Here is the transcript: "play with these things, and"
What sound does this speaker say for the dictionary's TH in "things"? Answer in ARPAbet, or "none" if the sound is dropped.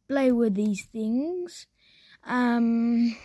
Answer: TH